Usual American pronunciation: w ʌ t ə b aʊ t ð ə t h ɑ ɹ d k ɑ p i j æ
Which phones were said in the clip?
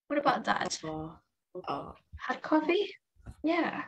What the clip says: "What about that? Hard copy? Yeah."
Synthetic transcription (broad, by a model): w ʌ t ə b aʊ t ð ə t h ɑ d k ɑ f i j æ